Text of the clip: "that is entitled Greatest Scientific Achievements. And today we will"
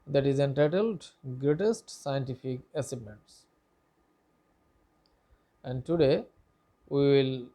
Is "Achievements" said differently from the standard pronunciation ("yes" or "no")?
yes